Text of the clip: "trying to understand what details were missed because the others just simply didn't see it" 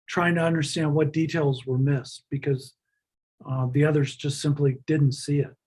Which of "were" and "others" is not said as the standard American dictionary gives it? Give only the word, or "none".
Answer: none